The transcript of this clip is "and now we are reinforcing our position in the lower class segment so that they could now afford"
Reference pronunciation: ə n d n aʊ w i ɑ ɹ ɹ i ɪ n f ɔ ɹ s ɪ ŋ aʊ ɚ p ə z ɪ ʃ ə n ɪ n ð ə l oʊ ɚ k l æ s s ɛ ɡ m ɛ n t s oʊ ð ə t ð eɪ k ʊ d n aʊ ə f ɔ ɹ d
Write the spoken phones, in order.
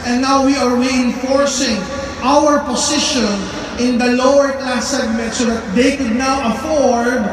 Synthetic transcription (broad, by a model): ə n n aʊ w i ɑ ɹ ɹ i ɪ n f ɔ ɹ s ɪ ŋ aʊ ɚ p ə s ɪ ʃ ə n ɪ n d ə l oʊ ɚ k l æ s s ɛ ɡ m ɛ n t s oʊ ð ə t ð eɪ k ʊ d n aʊ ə f ɔ ɹ d